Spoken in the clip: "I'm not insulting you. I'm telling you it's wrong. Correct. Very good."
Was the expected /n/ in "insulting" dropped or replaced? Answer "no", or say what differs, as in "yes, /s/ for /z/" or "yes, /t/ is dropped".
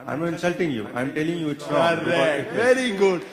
no